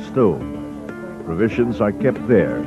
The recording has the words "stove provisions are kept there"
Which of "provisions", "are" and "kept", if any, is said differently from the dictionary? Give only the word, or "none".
none